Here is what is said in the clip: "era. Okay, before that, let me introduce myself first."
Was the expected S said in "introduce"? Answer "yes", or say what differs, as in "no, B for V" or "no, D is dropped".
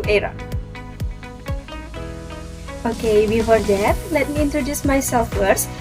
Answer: yes